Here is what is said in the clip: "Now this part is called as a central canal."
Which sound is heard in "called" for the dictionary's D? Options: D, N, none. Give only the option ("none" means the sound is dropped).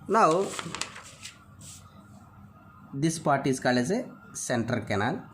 none